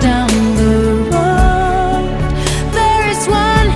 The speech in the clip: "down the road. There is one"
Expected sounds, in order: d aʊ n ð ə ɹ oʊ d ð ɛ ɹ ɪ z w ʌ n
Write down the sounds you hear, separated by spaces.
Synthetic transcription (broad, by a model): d aʊ n ð ə w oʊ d ð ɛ ɹ ɪ z w ʌ n